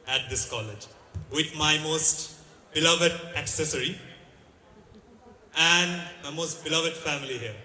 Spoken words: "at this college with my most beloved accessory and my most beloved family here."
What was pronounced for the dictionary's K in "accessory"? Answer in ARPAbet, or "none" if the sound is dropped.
K